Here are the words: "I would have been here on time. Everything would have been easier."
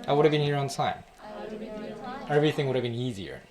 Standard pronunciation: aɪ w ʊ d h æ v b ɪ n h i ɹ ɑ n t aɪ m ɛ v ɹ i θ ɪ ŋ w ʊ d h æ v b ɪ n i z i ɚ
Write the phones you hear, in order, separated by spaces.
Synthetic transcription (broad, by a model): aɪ w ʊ d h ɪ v b ɪ n h i ɹ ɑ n t aɪ m ɛ v ɹ i θ ɪ ŋ w ʊ d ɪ v b ɪ n i z i ɚ